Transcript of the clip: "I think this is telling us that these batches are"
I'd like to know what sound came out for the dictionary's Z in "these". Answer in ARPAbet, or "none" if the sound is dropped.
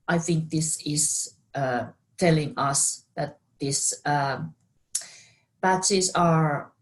S